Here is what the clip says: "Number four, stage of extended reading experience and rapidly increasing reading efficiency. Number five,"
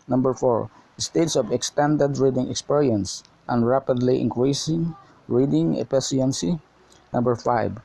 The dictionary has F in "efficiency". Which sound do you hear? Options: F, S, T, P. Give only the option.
P